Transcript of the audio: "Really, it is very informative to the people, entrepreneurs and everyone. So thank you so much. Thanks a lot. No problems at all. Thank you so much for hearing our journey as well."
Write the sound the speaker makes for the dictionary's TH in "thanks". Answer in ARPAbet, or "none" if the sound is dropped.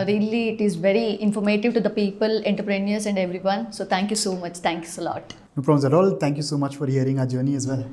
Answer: T